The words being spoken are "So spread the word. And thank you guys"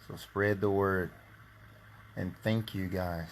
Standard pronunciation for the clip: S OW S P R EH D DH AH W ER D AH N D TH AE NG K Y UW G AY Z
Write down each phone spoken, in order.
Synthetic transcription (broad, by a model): S OW S P R EH D DH AH W ER D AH N TH AE NG K Y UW G AY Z